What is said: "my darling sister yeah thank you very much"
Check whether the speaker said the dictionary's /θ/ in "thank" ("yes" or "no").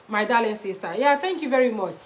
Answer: no